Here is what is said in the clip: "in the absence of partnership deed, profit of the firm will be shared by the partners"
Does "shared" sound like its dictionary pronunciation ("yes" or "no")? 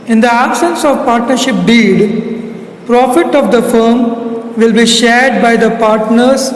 yes